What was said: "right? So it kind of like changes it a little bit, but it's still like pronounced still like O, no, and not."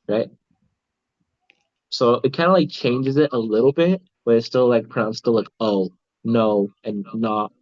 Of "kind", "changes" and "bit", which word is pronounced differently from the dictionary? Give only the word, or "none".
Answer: none